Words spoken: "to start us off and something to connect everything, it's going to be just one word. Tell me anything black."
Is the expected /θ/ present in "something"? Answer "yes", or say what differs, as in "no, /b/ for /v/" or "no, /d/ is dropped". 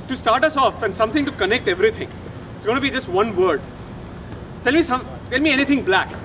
no, /t/ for /θ/